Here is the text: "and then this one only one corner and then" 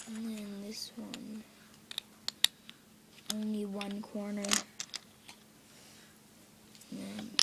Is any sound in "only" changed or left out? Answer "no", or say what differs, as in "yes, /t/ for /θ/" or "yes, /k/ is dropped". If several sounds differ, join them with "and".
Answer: no